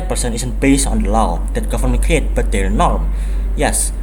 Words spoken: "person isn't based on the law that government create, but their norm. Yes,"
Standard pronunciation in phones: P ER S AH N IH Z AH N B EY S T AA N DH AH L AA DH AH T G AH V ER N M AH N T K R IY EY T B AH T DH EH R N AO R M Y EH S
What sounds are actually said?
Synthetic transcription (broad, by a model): P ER S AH N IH S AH N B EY S AA N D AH L AA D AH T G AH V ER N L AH K R IY EY T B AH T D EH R N AO R M Y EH S